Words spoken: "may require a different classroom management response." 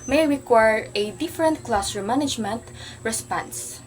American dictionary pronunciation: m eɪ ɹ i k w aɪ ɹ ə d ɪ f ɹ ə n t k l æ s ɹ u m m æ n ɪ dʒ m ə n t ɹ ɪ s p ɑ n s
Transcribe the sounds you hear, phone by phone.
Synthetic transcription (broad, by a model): m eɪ ɹ i k w aɪ ɹ ə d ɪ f ɹ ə n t k l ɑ s u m m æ n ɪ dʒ m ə n t ɹ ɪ s p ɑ n s